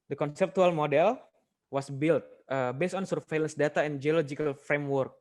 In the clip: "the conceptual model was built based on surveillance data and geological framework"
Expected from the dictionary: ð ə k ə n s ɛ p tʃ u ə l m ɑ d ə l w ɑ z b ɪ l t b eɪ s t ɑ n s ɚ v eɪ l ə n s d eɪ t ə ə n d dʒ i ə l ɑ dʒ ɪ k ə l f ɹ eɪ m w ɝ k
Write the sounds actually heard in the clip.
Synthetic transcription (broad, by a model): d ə k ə n s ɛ p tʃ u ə l m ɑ d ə l w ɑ s b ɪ l t b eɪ s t ɑ n s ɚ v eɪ l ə n s d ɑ t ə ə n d dʒ i ə l ɑ dʒ ɪ k ə l f ɹ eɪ m w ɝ k